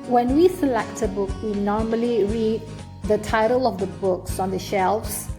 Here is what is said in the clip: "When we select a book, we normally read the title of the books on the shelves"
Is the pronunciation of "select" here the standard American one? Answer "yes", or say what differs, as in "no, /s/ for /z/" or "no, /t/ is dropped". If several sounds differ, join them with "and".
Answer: yes